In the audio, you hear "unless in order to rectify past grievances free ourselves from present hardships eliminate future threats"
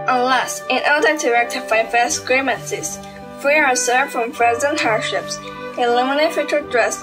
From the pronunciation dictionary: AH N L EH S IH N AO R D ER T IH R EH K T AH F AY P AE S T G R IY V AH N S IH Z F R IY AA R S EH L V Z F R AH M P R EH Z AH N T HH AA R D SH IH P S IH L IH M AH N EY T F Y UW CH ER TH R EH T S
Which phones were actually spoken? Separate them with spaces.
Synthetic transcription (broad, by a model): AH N L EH S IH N AO R D ER T IH R EH K T AH F AY F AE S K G R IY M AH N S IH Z F R IY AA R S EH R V F R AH M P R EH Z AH N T HH AA R D SH IH P S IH L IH M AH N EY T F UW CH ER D R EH S